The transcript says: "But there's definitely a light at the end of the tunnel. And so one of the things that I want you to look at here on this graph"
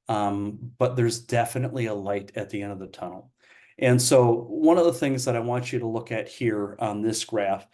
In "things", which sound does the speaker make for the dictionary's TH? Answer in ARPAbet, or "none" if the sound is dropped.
TH